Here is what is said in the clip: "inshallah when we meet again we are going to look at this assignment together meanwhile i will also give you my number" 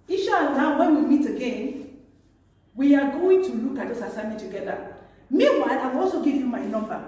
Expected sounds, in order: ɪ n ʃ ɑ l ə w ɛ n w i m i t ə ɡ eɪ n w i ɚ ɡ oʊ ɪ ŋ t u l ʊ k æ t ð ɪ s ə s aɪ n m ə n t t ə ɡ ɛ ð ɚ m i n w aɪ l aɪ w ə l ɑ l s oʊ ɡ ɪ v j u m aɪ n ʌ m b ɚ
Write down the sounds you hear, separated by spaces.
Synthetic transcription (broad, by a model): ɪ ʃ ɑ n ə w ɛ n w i m i t ə ɡ eɪ n w i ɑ ɡ oʊ ɪ ŋ t u l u k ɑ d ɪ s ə s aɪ m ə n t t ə ɡ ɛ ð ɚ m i w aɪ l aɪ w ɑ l s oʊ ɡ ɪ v j u m aɪ n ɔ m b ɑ